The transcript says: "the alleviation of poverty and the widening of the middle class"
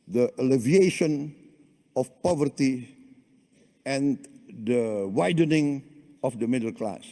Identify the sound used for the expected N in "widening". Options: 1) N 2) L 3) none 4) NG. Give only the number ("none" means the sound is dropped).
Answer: 1